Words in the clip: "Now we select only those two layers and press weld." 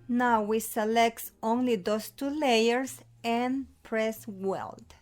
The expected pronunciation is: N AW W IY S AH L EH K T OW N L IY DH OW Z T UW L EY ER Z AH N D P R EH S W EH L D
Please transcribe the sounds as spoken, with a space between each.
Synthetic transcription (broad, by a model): N AW W IY S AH L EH K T OW N L IY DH OW S T UW L EY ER S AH N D P R EH S W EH L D